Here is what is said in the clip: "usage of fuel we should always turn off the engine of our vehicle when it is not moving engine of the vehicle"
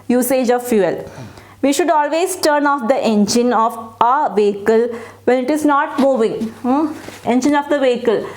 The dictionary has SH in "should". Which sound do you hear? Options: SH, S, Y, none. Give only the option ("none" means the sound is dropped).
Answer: SH